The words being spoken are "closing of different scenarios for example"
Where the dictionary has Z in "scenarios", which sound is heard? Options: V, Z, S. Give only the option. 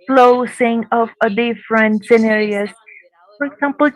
S